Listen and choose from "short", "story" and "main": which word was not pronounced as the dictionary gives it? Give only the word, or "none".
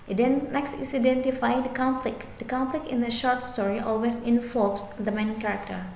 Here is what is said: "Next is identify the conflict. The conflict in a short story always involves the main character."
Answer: none